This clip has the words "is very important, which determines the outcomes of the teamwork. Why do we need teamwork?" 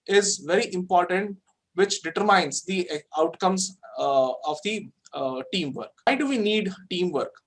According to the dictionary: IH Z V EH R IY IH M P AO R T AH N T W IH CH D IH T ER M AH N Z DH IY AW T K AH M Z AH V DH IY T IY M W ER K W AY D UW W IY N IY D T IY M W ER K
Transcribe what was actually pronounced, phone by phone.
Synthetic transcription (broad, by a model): IH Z V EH R IY IH M P AO R T AH N T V IH CH D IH T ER M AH N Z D IY AW T K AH M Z AH V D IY T IY M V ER K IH D UW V IY N IY D T IY M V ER K